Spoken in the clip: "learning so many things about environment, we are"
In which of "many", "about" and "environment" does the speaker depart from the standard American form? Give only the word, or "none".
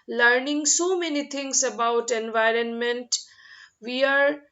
none